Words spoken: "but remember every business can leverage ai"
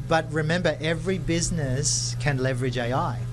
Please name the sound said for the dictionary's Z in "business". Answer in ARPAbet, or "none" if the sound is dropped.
Z